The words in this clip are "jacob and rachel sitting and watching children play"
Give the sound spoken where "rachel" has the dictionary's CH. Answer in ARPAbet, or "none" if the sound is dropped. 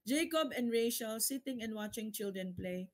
SH